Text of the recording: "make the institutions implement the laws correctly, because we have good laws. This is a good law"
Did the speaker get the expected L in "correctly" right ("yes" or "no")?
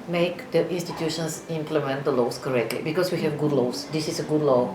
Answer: yes